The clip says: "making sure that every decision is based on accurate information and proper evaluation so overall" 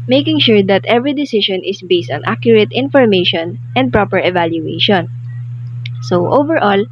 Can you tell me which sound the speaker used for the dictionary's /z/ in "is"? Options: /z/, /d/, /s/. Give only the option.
/s/